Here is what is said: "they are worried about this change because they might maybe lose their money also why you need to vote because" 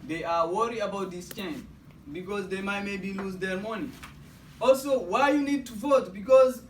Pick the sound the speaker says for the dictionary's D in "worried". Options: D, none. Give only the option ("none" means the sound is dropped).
none